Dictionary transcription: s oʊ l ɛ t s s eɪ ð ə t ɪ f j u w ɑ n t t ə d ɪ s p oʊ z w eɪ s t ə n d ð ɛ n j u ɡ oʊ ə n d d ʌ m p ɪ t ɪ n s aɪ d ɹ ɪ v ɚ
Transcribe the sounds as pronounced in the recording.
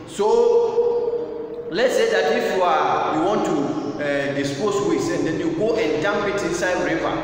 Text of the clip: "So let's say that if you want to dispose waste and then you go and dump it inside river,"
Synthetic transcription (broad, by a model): s oʊ l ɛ t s s eɪ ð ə t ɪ f j u w ɑ n t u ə d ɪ s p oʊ s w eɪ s ə n d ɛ n j u ɡ oʊ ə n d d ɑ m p ɪ t ɪ n s aɪ d ɹ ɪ v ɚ